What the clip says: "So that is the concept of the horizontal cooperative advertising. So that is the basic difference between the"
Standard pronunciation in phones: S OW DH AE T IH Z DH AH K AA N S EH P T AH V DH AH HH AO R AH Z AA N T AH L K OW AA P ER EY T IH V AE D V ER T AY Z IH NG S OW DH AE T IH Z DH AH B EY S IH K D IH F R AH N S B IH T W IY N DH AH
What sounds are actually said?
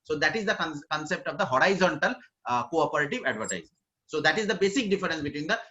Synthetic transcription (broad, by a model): S OW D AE T IH Z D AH K AA N S EH P T AH V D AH HH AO R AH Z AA N T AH L K OW AA P ER EY T IH V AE D V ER T AY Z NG S OW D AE T IH Z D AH B EY S IH K D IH F R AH N S B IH T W IY N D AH